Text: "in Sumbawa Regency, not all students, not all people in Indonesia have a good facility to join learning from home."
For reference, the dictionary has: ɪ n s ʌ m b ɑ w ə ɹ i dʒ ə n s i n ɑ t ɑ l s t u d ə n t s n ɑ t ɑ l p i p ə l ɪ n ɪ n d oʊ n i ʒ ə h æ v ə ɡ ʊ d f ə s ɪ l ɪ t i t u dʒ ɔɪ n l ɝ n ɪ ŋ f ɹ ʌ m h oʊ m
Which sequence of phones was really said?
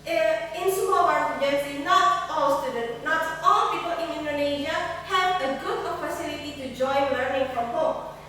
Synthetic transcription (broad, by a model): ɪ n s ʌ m ɑ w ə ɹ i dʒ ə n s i n ɑ t ɑ l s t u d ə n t n ɑ t ɑ l p i p ə l ɪ n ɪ n d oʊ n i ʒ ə h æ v ə ɡ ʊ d p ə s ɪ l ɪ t i t u dʒ ɔɪ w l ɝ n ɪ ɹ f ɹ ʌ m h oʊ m